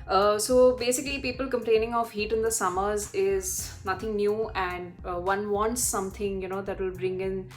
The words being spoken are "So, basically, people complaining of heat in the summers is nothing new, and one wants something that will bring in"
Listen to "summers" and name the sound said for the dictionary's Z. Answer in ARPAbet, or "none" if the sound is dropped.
Z